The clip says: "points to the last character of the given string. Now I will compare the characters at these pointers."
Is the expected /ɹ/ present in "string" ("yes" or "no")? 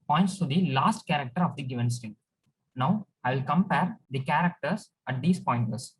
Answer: no